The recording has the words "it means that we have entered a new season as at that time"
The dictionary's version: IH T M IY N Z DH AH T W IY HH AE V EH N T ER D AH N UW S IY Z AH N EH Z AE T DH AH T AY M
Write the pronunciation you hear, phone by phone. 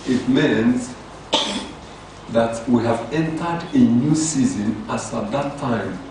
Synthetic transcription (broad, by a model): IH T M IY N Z DH AH T W IY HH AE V EH N T ER D AH N UW S IY Z AH N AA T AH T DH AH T AY M